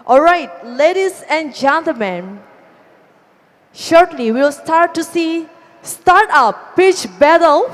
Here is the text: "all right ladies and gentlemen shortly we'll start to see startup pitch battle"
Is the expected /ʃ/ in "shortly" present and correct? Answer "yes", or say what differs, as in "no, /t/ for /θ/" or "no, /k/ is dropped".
yes